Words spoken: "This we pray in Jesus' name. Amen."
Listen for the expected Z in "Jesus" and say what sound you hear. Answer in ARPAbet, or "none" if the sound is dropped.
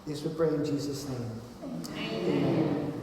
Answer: Z